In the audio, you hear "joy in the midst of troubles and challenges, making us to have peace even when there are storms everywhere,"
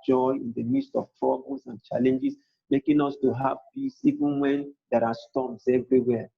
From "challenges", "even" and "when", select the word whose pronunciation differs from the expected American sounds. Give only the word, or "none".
challenges